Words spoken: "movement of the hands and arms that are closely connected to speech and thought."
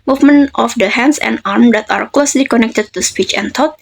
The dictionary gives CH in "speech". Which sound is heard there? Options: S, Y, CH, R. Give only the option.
CH